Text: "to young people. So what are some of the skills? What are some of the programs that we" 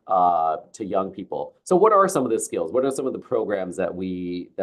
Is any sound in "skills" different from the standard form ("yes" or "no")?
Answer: no